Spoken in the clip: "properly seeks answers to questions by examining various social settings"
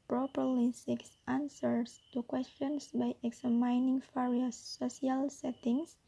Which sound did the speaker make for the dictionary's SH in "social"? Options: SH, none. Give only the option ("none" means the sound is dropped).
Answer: none